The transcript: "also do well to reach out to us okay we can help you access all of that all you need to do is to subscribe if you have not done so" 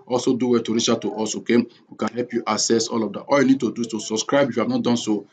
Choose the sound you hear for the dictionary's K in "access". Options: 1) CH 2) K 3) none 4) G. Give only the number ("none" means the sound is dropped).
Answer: 3